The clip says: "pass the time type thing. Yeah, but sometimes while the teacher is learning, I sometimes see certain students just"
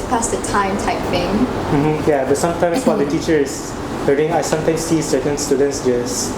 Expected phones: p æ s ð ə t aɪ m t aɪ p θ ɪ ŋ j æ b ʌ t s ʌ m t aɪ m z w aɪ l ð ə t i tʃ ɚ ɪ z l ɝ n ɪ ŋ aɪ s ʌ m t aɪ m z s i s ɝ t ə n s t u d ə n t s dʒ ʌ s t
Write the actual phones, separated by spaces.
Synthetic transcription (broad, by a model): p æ s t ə t aɪ m t aɪ p f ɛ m j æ b ʌ t s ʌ m t aɪ m s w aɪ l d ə t i tʃ ɚ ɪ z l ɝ ɪ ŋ aɪ s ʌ m t aɪ m s i s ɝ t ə n s t u d ə n t s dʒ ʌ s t